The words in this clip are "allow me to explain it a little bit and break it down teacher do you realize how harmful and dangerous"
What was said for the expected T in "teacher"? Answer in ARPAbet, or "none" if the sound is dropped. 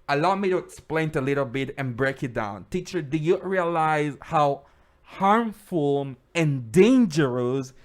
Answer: T